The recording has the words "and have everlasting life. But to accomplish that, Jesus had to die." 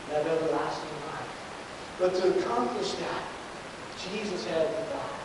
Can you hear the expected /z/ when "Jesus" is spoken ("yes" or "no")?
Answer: yes